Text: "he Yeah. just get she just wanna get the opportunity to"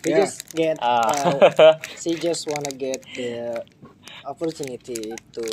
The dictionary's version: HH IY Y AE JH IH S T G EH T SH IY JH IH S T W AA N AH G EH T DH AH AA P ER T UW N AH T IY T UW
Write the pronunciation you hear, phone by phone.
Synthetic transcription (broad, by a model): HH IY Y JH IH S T G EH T S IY JH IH S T W AA N AH G EH T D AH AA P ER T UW N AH T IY T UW